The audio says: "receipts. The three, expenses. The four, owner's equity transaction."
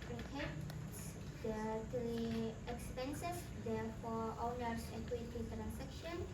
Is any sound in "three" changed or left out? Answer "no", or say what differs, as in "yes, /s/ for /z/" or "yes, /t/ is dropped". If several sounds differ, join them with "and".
yes, /t/ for /θ/